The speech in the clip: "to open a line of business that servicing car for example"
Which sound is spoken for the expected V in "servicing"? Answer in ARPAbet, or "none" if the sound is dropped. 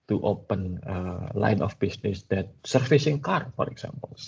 F